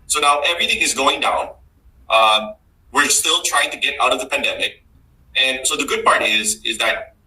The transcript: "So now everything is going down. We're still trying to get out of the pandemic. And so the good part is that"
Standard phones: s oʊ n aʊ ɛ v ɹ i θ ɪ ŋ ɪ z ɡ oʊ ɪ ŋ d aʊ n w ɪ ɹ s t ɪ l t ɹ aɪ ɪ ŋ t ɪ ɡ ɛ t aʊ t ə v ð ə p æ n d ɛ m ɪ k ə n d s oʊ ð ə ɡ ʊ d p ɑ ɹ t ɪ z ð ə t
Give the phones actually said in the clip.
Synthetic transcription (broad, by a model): s oʊ n aʊ ɛ v ɹ i θ ɪ ŋ ɪ z ɡ oʊ ɪ ŋ d aʊ n w ɪ ɹ s t ɪ l t ɹ aɪ ɪ ŋ t ɪ ɡ ɛ t aʊ t ə v ð ə p æ n d ɛ m ɪ k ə n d s oʊ ð ə ɡ ʊ d p ɑ ɹ t ɪ z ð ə t